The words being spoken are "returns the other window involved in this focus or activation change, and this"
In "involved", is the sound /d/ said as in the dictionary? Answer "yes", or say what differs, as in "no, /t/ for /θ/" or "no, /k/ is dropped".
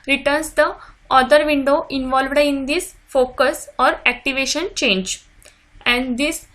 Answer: yes